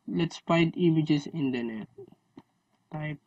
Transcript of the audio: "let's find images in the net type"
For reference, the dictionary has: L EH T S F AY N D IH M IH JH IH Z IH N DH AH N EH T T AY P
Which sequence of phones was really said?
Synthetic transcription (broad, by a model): L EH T S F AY D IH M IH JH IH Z IH N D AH N EH T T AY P